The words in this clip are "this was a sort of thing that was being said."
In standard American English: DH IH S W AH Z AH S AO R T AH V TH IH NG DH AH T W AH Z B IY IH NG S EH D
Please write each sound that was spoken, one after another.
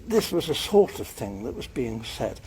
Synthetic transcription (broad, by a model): DH IH S W AH Z AH S AO R T AH V TH IH NG DH AH T W AH Z B IY IH NG S EH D